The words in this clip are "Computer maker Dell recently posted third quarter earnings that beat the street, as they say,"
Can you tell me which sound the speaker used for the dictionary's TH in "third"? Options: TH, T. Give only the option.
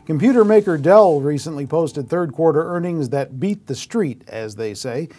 TH